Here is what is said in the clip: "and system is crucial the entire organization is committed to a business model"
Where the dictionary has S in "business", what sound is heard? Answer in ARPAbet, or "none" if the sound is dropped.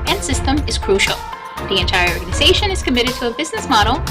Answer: S